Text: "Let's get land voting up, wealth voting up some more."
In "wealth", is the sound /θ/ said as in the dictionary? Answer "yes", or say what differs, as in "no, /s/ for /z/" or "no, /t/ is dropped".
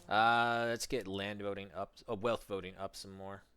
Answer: yes